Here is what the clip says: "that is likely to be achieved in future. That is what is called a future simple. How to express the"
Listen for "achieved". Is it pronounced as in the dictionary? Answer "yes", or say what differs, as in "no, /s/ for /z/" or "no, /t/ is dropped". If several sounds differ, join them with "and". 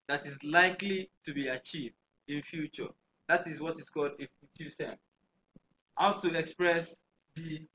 yes